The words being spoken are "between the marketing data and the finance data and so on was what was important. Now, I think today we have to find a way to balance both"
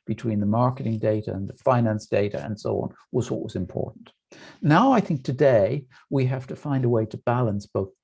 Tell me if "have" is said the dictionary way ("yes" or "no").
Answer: no